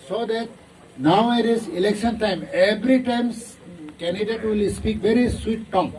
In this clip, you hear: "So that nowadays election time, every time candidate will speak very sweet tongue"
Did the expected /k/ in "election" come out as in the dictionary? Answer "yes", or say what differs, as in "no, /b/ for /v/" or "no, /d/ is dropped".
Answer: yes